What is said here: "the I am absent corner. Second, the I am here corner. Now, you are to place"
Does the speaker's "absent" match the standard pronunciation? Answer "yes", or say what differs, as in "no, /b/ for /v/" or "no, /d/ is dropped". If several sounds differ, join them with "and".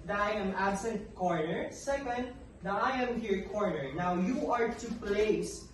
yes